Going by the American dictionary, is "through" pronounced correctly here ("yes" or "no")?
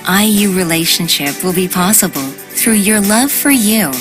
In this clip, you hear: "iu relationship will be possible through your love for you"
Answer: yes